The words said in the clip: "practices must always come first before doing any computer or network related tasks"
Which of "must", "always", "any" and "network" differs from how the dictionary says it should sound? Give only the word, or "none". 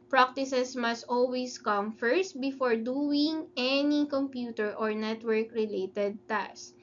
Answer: always